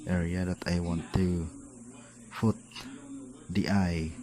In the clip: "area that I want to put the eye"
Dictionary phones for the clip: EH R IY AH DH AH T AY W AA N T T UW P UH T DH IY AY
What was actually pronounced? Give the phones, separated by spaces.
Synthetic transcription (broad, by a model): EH R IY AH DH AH T AY W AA N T T UW F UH T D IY AY